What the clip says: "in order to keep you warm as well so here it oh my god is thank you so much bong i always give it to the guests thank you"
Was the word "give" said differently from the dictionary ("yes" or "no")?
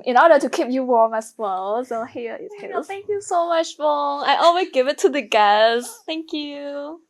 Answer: no